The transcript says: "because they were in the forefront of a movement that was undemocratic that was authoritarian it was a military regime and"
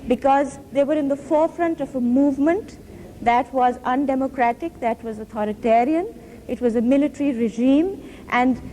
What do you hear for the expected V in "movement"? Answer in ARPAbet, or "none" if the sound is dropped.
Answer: V